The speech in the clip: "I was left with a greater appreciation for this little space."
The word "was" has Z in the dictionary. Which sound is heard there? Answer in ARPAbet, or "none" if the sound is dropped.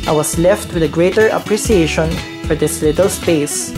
S